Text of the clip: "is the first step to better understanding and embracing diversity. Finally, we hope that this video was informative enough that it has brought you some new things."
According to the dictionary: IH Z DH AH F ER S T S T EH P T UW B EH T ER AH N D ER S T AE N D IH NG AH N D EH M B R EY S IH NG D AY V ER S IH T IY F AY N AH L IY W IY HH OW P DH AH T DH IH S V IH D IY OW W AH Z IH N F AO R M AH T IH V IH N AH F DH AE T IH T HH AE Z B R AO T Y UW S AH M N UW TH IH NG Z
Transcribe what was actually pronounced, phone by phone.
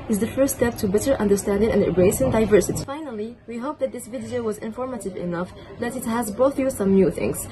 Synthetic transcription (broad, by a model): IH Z DH AH F ER S T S T EH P T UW B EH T ER AH N D ER S T AE N D IH NG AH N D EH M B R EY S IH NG D AY V ER S IH T IY F AY N AH L IY W IY HH OW P DH AH T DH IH S V IH D IY OW W AH Z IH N F AO R M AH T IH V IH N AH F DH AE T IH T HH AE Z B AO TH Y UW S AH M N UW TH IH NG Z